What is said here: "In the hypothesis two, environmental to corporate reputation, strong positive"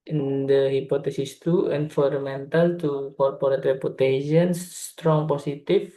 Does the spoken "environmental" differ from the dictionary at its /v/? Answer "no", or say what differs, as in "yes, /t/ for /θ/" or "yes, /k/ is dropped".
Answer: yes, /f/ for /v/